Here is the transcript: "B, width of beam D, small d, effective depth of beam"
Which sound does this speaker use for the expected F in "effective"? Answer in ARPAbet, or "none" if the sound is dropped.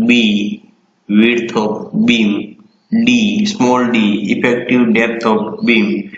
P